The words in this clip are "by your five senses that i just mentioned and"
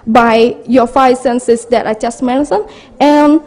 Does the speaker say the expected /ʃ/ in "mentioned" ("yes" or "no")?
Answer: no